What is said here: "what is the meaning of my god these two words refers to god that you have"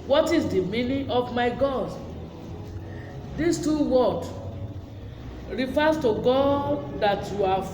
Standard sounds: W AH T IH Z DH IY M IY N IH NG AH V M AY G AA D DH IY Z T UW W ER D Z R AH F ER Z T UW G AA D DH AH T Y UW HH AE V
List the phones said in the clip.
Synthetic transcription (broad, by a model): W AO T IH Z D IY M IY N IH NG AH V M AY G AA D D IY S T UW W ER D R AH F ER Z T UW G AA D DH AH T Y UW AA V